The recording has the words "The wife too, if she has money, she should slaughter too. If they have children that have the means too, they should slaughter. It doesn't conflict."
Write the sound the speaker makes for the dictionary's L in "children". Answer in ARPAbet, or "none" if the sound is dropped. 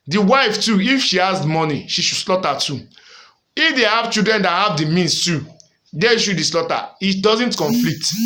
none